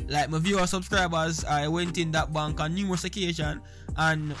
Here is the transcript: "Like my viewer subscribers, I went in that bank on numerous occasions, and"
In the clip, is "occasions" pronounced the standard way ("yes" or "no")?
no